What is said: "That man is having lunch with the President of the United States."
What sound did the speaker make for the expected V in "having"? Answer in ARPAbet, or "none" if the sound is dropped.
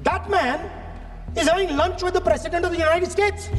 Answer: none